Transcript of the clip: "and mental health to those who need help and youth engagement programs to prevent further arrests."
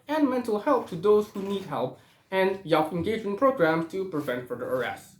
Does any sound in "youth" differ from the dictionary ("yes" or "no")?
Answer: yes